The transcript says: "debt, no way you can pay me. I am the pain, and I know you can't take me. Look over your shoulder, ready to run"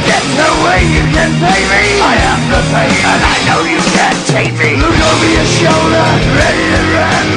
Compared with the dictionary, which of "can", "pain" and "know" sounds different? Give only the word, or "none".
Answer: pain